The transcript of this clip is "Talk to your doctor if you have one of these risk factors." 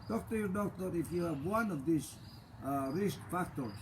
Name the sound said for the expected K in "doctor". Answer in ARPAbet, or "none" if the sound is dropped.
none